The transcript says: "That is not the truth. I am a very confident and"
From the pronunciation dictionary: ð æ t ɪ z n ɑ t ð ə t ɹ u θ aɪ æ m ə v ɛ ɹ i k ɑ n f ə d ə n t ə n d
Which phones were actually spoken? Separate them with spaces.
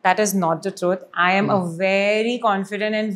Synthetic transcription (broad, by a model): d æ t ɪ z n ɑ t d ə t ɹ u t aɪ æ m ə v ɛ ɹ i k ɑ n f ə d ə n t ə n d